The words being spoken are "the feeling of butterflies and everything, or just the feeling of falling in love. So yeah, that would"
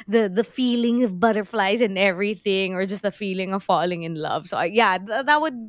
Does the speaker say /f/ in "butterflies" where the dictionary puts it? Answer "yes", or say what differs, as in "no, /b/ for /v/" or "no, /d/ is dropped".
yes